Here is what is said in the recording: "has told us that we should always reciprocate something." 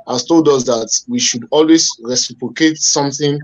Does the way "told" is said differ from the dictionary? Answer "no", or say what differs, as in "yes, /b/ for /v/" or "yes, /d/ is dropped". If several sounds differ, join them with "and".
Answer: no